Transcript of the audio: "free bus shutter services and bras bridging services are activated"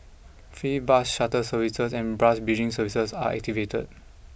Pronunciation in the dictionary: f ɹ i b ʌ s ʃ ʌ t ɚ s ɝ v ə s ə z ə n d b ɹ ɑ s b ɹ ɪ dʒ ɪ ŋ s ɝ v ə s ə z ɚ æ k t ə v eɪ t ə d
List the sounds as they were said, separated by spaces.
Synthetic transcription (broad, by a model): f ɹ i b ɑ s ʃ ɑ t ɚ s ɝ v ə s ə s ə n b ɹ ɑ s b i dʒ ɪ ŋ s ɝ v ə s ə s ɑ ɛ k t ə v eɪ t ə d